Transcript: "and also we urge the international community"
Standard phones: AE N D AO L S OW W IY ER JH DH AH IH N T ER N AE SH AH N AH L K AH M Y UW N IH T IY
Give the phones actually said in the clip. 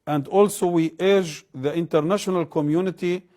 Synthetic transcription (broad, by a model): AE N D AO L S OW W IY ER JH DH AH IH N T ER N AE SH AH N AH L K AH M Y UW N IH T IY